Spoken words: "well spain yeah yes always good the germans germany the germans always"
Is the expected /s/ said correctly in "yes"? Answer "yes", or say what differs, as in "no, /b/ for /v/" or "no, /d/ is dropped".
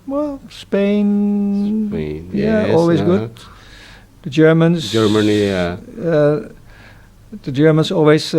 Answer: no, /s/ is dropped